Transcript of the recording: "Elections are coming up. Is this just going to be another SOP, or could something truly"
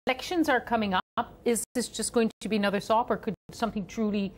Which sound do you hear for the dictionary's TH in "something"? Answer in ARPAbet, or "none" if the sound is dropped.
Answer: TH